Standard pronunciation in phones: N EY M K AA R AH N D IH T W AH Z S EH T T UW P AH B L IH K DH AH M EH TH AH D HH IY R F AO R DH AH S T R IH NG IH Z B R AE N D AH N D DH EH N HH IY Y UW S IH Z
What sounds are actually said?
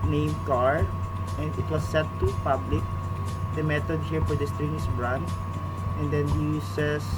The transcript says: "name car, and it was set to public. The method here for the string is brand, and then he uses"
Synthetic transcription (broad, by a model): N EY M K AA R AH N D IH T W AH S EH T T UW P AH B L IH K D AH M EH T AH D HH IY R F AO R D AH S T R IH NG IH S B R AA N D AH N D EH N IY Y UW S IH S